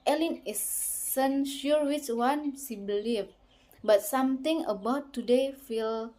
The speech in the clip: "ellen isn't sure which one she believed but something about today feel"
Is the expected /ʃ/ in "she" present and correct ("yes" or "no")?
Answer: no